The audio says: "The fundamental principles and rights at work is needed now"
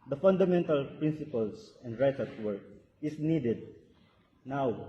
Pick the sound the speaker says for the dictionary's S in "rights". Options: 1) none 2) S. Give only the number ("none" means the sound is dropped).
1